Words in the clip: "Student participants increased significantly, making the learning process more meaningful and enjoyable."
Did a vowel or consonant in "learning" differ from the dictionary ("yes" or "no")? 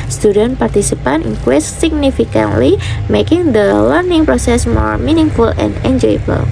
no